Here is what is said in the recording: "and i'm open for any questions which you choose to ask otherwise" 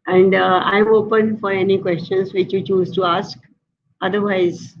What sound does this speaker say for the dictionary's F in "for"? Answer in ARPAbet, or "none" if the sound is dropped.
F